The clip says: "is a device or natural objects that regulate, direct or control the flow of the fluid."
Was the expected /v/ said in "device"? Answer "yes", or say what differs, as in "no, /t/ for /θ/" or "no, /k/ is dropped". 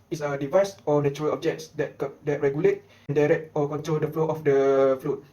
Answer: yes